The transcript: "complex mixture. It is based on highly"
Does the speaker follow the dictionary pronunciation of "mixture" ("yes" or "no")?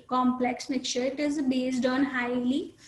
no